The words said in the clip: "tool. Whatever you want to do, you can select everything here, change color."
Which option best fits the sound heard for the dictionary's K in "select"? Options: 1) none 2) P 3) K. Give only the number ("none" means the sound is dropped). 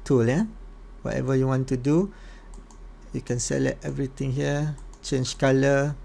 1